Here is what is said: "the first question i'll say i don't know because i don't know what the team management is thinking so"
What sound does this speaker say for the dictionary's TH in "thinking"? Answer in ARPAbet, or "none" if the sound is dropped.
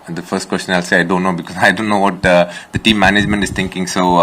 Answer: T